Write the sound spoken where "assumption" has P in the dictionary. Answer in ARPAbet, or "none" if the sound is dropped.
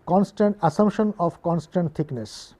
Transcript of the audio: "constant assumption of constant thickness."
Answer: none